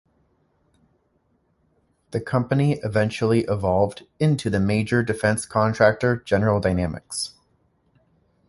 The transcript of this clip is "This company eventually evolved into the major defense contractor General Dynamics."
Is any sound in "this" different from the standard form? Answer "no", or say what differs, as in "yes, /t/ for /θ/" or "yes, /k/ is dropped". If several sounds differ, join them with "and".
yes, /s/ is dropped